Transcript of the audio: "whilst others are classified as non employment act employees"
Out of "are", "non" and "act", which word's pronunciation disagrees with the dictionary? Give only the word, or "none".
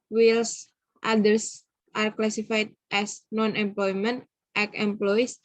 act